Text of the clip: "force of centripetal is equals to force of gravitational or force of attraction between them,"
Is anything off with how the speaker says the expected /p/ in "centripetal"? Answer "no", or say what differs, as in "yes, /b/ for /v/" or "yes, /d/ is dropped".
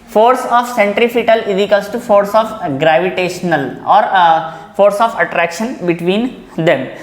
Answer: yes, /f/ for /p/